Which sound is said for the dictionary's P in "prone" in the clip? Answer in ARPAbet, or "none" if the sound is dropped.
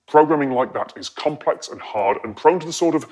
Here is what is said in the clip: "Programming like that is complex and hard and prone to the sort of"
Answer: P